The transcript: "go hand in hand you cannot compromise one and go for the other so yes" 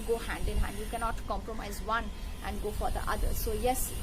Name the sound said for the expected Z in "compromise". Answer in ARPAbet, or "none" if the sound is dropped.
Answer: Z